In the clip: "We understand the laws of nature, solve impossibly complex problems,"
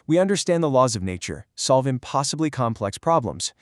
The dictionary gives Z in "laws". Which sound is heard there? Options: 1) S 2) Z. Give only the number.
2